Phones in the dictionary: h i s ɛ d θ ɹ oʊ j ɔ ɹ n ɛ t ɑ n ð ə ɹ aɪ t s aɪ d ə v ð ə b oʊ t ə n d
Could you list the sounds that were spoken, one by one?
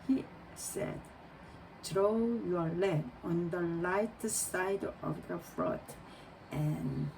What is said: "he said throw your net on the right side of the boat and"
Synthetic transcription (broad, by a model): h i s ɛ d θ ɹ oʊ j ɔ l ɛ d ɑ n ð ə l aɪ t s aɪ d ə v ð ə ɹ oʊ t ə n